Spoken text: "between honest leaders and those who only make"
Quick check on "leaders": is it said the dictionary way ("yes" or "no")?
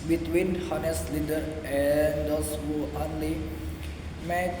no